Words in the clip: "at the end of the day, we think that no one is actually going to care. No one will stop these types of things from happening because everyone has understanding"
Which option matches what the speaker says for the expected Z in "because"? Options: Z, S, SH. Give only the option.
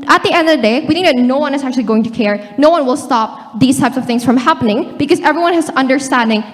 Z